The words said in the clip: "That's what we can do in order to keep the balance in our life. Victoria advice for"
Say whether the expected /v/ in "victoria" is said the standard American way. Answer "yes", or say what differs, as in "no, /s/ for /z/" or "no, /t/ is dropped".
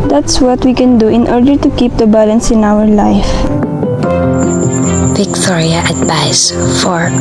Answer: no, /b/ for /v/